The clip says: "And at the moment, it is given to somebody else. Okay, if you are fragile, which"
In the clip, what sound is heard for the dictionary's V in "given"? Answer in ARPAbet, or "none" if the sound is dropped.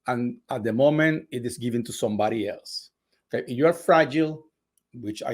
V